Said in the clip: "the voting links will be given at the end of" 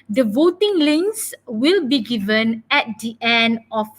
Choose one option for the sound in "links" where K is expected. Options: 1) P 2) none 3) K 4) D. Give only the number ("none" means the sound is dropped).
2